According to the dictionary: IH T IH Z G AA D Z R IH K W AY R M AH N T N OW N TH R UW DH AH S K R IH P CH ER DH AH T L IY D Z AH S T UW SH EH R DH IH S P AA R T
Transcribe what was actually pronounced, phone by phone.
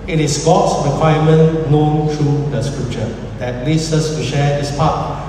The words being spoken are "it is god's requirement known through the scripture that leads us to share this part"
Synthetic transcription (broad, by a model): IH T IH S G AA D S R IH K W AY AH M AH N N OW N T R UW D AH S K R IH P CH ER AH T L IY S AH S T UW SH EH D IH S P AA T